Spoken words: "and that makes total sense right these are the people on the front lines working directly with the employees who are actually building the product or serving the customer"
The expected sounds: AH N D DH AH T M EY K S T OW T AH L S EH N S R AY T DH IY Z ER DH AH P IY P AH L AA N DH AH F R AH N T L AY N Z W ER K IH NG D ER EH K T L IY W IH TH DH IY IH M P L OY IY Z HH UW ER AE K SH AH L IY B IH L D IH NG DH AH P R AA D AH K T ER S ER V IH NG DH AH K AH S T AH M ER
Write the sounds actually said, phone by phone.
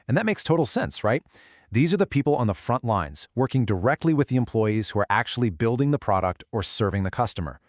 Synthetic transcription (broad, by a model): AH N DH AH T M EY K S T OW T L S EH N S R AY T DH IY Z ER DH AH P IY P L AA N DH AH F R AH N T L AY N Z W ER K IH NG D ER EH K T L IY W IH DH IY IH M P L OY IY Z HH UW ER AE K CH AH L IY B IH L D IH NG DH AH P R AA D AH K T ER S ER V IH NG DH AH K AH S T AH M ER